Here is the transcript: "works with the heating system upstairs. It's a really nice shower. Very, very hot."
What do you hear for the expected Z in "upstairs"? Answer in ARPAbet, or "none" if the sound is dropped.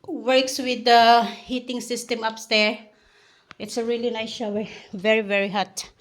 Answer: none